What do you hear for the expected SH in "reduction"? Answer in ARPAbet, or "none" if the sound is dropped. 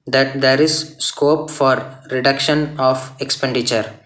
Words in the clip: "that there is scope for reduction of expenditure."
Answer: SH